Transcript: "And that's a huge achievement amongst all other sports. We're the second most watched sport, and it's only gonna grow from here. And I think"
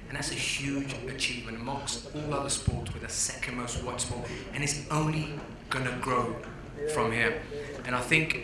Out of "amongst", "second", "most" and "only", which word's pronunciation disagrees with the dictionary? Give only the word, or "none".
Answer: amongst